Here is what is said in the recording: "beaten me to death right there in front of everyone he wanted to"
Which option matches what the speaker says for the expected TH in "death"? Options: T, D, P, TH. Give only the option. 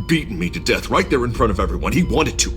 TH